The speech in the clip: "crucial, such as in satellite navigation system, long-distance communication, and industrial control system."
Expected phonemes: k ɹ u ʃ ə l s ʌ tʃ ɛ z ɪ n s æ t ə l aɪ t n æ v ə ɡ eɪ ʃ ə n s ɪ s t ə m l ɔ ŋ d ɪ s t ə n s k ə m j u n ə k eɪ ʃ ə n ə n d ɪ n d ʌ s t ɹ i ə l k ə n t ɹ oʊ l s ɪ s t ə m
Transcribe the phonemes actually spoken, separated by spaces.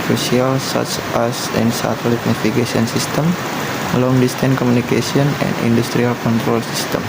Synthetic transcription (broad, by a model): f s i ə l s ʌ tʃ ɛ s ɪ n s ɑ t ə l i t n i f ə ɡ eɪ s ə n s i s t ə m l ɔ ŋ d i s t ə n k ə m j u n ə k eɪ s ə n ə n d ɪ n d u s t ɹ i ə l k ə n t ɹ oʊ l s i s t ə m